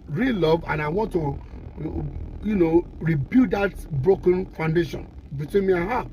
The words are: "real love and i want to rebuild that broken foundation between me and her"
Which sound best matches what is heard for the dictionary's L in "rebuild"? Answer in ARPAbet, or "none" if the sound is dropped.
none